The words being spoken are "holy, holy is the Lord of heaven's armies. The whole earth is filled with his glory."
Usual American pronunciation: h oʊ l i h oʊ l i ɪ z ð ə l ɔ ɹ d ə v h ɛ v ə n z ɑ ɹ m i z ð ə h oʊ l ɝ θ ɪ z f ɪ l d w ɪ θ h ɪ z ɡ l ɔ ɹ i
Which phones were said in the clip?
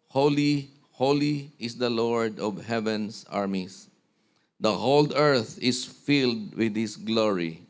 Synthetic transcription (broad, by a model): h oʊ l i h oʊ l i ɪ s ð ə l ɔ ɹ d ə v h ɛ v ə n s ɑ ɹ m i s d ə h oʊ l ɝ θ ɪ s f ɪ l d w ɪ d h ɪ s ɡ l ɔ ɹ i